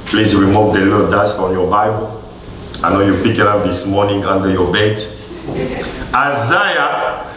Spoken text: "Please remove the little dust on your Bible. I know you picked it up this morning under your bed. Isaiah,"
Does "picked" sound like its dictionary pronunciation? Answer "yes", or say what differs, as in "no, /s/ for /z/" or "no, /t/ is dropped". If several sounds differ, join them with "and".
no, /t/ is dropped